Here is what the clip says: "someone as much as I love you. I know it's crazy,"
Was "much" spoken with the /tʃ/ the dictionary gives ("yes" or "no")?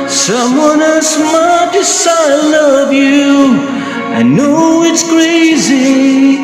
no